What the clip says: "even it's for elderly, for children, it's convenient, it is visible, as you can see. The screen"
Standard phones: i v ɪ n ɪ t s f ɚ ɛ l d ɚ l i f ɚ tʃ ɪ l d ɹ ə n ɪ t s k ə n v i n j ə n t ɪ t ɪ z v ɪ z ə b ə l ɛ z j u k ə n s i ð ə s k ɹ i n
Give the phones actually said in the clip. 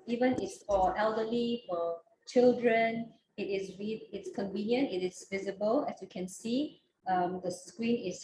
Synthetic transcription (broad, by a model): i v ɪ n ɪ t s f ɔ ɛ l d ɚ l i f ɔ tʃ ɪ l d ɹ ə n ɪ t s k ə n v i n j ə n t ɪ t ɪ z v ɪ z ə b ə l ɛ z j u k ə n s i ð ə s k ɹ i n